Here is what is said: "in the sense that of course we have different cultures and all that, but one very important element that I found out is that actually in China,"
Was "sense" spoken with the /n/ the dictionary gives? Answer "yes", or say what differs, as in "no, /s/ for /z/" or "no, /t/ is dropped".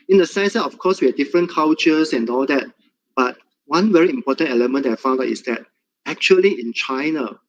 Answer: no, /n/ is dropped